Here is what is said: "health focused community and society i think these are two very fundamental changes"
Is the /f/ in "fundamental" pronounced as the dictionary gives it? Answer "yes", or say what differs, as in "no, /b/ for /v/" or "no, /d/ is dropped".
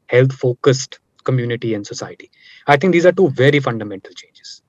yes